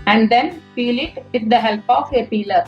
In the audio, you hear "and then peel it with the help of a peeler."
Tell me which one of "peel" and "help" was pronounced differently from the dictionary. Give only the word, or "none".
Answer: peel